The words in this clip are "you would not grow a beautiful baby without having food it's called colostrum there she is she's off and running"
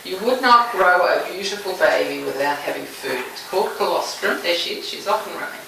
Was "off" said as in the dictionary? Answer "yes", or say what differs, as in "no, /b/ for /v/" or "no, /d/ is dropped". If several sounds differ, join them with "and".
yes